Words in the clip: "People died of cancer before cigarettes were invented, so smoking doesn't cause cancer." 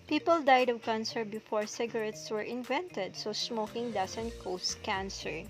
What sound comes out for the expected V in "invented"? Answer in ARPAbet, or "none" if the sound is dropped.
V